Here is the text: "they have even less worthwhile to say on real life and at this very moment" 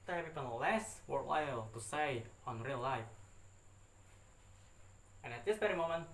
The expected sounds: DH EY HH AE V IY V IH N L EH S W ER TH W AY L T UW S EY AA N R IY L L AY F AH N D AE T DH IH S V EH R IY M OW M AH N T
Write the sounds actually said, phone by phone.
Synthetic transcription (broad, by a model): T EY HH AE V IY P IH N L EH S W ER T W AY L T UW S EY AA N R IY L L AY F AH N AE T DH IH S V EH R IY M OW M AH N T